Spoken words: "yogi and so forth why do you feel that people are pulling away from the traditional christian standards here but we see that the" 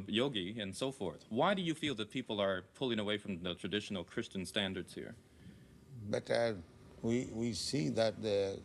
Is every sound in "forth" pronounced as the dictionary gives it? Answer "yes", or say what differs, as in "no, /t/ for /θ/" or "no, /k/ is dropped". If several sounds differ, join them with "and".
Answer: yes